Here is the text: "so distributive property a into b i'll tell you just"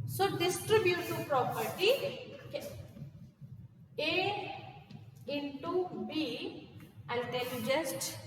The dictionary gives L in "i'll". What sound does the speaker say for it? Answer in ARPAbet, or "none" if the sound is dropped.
N